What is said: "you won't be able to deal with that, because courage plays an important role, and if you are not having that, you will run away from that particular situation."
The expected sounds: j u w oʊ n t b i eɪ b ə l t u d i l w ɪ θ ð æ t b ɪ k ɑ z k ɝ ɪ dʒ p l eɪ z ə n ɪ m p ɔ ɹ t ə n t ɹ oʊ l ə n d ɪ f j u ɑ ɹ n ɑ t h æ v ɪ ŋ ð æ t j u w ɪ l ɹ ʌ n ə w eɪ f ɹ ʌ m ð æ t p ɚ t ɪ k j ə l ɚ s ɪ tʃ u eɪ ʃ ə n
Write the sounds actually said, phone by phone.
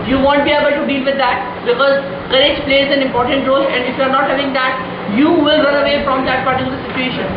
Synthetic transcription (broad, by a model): j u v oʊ n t b i eɪ b ə l t u d i l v ɪ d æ t b ɪ k ɑ z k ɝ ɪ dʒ p l eɪ z ə n ɪ m p ɔ ɹ t ə n t ɹ oʊ l ə n d ɪ f j u ɑ ɹ n ɑ t h æ v ɪ ŋ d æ t j u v ɪ l ɹ ʌ n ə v eɪ f ɹ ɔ m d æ t p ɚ t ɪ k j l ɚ s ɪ tʃ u eɪ ʃ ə n